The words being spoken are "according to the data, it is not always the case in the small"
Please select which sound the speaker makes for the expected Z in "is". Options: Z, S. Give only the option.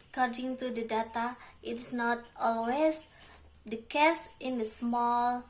S